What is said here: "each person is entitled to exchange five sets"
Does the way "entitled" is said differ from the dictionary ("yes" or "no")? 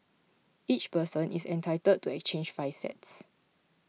yes